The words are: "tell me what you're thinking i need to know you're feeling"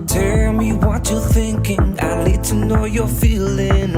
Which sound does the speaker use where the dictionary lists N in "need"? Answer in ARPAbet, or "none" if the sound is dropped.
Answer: L